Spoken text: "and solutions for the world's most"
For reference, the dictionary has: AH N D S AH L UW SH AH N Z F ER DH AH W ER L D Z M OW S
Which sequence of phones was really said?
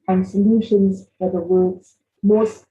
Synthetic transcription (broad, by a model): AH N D S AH L UW SH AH N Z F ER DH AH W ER D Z M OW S